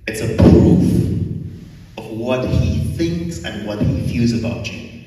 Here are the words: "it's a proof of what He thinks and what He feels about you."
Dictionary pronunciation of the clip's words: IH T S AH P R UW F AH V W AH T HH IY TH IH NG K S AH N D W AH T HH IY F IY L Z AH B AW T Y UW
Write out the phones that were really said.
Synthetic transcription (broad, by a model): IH T S AH P R UW F AH V W AH T HH IY TH IH NG K S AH N W AH T HH IY F IY L Z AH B AW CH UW